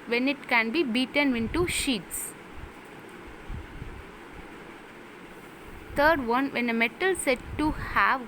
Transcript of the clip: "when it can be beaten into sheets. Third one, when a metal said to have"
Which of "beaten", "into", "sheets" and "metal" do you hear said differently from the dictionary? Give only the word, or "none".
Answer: none